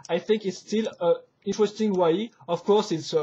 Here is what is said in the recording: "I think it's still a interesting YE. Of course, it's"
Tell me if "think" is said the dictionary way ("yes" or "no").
yes